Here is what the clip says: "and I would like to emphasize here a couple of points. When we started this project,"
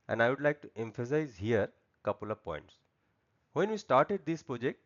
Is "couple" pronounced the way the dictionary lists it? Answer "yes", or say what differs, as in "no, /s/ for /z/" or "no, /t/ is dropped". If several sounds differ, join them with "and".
yes